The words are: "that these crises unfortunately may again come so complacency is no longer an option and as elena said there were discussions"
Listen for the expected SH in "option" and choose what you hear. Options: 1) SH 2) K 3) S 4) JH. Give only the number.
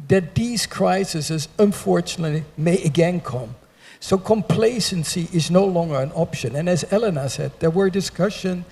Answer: 1